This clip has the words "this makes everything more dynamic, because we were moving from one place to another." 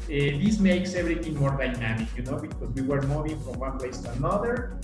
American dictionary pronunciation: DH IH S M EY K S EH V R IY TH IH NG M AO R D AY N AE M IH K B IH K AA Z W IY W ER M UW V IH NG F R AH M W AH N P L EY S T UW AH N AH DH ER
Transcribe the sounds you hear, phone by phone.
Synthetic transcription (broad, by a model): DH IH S M EY K S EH B R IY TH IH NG M AO R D AY N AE M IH K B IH K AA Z W IY W ER M UW V IH NG F R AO M W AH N P L EY S T UW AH N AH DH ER